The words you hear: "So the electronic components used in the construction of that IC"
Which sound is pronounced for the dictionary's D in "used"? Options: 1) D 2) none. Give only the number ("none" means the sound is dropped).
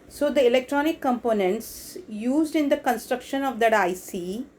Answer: 1